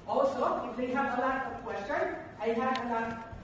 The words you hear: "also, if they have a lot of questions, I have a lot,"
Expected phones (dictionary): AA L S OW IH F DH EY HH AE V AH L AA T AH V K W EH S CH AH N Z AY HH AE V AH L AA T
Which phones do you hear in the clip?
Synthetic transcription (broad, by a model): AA L S OW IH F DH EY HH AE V AH L AA T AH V K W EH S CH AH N AY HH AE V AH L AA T